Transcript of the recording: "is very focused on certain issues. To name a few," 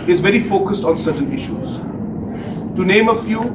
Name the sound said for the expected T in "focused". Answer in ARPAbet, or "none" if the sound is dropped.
T